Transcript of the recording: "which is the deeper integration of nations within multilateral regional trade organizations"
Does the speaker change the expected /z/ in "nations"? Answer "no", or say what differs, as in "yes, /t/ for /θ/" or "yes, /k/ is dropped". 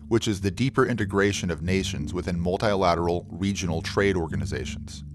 no